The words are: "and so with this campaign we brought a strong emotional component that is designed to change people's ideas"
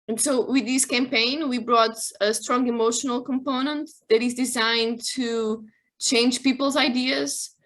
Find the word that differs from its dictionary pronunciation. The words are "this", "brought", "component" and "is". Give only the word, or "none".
none